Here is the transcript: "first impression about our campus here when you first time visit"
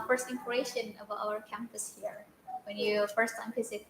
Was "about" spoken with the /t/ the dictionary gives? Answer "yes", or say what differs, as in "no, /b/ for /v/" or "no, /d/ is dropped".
no, /t/ is dropped